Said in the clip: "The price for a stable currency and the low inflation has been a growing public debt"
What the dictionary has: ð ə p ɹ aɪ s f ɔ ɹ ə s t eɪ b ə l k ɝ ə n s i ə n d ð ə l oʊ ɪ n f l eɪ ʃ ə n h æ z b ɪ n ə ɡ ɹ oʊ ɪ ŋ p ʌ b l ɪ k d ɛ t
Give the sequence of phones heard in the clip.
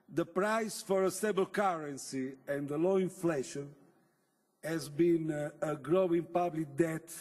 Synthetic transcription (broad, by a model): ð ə p ɹ aɪ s f ɔ ɹ ə s t eɪ b ə l k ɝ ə n s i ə n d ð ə l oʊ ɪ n f l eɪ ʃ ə n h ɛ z b ɪ n ə ɡ ɹ oʊ ɪ ŋ p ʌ b l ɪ k d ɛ t